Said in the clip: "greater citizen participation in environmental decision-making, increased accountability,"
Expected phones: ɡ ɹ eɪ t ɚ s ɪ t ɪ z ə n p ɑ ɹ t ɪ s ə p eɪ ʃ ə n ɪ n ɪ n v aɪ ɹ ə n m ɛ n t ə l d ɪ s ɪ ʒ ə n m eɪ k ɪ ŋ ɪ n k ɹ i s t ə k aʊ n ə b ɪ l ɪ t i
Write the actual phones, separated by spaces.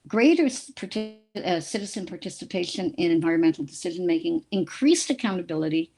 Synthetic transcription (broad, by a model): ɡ ɹ eɪ t ɚ s ɪ t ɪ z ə n p ɑ ɹ t ɪ s ə p eɪ ʃ ə n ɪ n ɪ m v aɪ ɹ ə n m ɛ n t l d ɪ s ɪ ʒ ə n m eɪ k ɪ ŋ ɪ n k ɹ i s t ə k aʊ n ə b ɪ l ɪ t i